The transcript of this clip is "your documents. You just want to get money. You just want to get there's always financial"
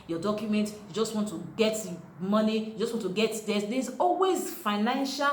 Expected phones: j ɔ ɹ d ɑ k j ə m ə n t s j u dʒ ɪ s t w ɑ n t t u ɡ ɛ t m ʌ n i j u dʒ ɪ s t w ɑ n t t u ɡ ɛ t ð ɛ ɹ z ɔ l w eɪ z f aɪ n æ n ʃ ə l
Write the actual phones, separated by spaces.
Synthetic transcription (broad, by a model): j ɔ d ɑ k j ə m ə n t j u dʒ ɪ s t w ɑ n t t u ɡ ɛ t m ʌ n i j u dʒ ɪ s t w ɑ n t t u ɡ ɛ t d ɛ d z ɔ l w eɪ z f aɪ n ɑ n ʃ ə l